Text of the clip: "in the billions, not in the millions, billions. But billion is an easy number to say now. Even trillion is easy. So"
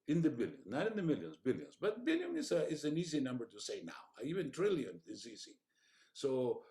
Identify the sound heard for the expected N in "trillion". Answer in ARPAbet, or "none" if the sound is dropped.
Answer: N